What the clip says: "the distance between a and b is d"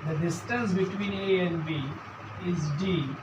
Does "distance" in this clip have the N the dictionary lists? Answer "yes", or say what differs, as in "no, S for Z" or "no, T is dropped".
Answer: yes